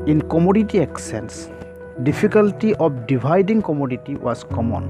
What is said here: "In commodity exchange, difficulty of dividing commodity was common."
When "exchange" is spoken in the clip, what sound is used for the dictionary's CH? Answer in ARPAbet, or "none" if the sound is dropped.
none